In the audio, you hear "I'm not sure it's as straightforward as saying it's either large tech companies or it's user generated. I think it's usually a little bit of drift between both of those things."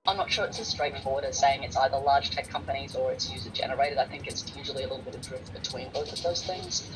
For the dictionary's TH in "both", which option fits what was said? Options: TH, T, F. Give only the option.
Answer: TH